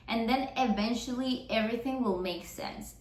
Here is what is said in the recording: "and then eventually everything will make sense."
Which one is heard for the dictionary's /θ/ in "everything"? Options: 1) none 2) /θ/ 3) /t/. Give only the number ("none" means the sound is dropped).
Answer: 2